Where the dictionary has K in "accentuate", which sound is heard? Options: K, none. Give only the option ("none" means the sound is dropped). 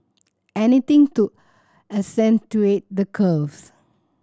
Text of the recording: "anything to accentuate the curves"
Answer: none